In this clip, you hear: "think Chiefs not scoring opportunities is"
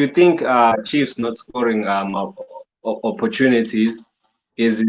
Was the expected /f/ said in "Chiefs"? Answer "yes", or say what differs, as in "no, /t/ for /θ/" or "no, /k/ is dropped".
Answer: yes